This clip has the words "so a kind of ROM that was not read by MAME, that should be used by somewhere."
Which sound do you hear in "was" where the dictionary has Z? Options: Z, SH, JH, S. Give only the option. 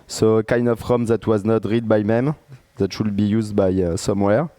Z